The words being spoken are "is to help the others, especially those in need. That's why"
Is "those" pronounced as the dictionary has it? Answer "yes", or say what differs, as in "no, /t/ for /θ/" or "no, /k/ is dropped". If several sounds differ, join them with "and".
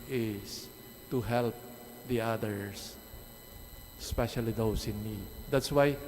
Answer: no, /s/ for /z/